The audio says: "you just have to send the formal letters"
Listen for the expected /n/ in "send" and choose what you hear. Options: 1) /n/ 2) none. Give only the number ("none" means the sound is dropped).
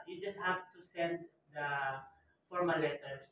1